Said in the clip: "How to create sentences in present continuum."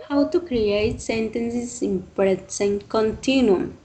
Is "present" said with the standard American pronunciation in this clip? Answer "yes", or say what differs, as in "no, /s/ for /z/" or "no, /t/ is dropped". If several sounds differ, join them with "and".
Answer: no, /s/ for /z/